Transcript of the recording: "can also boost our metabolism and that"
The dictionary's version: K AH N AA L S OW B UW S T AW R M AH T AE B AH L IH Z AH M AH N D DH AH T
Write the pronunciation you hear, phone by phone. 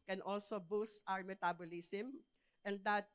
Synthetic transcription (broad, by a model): K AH N AA L S OW B UW S T AW R M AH T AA B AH L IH S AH M AH N D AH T